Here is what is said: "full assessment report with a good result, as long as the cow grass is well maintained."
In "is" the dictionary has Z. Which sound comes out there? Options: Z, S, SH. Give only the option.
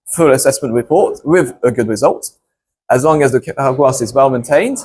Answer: Z